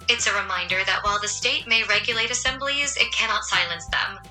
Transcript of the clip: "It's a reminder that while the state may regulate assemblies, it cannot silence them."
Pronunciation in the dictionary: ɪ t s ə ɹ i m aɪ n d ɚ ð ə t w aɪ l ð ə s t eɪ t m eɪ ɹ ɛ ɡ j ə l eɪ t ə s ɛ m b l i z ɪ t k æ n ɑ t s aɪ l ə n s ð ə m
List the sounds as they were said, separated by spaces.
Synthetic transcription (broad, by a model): ɪ t s ə ɹ i m aɪ n d ɚ ð ə t w aɪ l ð ə s t eɪ t m eɪ ɹ ɛ ɡ j ə l eɪ t ə s ɛ m b l i z ɪ t k æ n ɑ t s aɪ l ə n s ð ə m